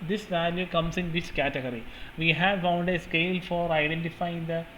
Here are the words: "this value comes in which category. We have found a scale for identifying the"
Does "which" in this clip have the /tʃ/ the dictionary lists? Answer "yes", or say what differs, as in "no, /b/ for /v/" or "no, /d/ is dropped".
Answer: no, /s/ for /tʃ/